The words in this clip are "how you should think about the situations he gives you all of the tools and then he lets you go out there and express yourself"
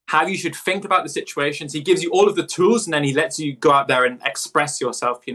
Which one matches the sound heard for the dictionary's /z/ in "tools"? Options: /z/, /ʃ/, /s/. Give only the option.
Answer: /z/